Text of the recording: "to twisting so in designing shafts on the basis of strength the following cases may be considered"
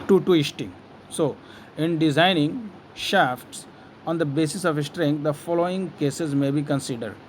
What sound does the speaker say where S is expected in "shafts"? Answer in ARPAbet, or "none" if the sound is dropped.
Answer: S